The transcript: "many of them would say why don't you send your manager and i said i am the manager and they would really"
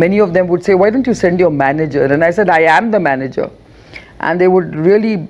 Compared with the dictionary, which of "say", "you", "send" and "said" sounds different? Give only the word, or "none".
none